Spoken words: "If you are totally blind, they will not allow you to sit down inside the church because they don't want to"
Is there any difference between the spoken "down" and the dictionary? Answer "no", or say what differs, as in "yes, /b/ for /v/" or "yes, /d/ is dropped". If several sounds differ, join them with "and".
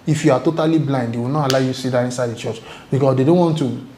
yes, /n/ is dropped